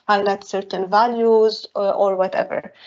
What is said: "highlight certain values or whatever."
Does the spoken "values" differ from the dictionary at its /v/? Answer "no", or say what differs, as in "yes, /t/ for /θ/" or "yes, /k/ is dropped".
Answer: no